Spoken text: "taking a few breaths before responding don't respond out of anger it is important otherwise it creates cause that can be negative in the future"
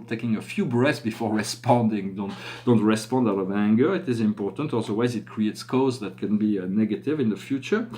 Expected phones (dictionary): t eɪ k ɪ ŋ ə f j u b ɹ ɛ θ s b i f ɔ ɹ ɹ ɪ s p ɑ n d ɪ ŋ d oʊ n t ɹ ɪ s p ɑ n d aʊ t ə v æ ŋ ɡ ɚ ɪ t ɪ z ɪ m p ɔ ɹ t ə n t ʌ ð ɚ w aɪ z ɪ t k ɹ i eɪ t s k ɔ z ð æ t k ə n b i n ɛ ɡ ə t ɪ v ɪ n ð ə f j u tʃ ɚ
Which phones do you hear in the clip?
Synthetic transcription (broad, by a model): t eɪ k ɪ ŋ ə f j u b ɹ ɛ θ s b i f ɔ ɹ ɹ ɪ s p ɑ n d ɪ ŋ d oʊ n t ɹ ɪ s p ɑ n d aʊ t ə v æ ŋ ɡ ɚ ɪ t ɪ z ɪ m p ɔ ɹ t ə n t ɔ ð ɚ w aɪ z ɪ t k ɹ i eɪ t s k ɔ z ð æ t k ə n b i n ɛ ɡ ə t ɪ v ɪ n ð ə f j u tʃ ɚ